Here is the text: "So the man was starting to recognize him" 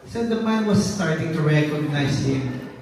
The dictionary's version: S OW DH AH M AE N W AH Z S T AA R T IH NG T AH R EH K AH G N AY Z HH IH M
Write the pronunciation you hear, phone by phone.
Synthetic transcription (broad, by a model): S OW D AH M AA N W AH S T AA R T IH NG T AH R EH K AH G N AY S HH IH M